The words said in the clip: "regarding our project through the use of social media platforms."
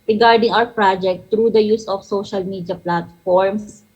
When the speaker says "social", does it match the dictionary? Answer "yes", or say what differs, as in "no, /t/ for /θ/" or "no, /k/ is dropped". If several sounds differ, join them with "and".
yes